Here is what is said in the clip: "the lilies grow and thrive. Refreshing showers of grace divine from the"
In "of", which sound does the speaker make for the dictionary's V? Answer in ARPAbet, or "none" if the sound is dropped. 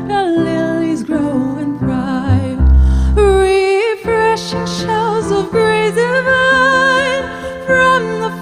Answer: V